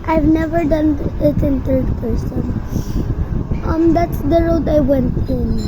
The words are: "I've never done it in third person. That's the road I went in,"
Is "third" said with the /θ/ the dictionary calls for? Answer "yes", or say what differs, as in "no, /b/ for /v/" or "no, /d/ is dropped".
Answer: no, /t/ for /θ/